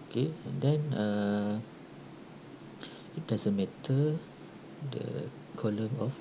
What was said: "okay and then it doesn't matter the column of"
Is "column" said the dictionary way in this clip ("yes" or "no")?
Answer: yes